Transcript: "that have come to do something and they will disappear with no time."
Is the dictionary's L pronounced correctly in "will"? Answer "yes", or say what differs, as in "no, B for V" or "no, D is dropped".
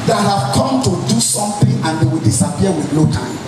yes